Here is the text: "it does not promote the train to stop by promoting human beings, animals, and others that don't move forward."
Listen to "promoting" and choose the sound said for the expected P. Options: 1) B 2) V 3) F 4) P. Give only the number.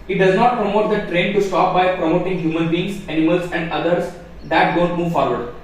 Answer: 4